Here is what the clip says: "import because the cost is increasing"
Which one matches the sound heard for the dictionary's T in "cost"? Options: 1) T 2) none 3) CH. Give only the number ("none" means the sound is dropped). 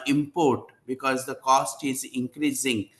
1